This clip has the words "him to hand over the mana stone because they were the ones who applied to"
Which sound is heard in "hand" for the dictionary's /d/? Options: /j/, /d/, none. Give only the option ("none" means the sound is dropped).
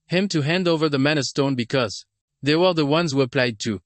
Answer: /d/